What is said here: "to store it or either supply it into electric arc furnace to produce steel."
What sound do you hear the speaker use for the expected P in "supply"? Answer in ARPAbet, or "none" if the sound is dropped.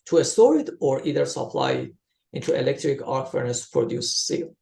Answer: P